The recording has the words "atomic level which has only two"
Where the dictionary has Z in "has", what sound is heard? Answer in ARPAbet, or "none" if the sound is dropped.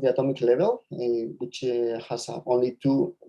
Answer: S